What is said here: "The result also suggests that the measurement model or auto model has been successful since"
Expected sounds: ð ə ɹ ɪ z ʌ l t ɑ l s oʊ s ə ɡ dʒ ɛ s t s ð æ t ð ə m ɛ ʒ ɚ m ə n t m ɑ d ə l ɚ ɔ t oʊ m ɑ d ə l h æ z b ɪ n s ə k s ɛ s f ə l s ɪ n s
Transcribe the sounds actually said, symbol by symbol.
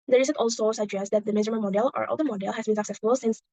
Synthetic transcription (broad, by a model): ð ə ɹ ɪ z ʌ t ɑ l s oʊ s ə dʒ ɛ s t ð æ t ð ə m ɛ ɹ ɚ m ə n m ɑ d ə l ɚ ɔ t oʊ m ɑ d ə l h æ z b ɪ n s ə k s ɛ s f ə l s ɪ n s